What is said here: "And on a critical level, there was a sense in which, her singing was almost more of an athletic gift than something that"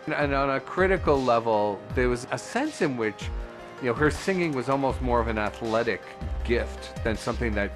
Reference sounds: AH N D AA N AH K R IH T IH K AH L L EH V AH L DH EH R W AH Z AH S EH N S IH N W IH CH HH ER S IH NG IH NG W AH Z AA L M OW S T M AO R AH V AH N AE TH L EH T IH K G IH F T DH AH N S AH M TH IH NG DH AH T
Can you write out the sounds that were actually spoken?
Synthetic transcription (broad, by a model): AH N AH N AH K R IH T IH K L L EH V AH L DH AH R W AH Z AH S EH N S IH N W IH CH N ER S IH NG IH NG W AH Z AA L M OW S T M AO R AH V AH N AE TH L EH T IH K G IH F T DH AH N S AH M TH IH NG DH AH T